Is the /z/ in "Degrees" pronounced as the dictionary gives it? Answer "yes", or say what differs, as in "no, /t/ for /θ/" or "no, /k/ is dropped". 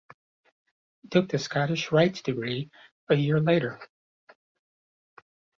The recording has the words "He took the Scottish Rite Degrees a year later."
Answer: no, /z/ is dropped